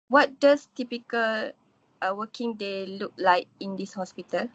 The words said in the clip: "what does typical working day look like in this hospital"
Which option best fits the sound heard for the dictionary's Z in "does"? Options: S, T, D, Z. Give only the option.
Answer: S